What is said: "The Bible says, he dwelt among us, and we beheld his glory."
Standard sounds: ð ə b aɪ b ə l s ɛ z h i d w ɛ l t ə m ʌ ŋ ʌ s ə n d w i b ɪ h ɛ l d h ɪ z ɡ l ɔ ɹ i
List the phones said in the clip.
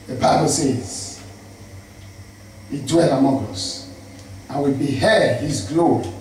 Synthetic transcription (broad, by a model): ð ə b aɪ b ə l s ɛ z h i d w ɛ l ə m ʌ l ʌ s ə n w i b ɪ h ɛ d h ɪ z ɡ l ɔ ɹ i